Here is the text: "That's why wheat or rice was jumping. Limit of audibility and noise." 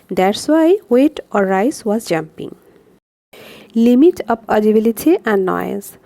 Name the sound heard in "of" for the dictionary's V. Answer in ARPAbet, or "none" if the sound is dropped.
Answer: P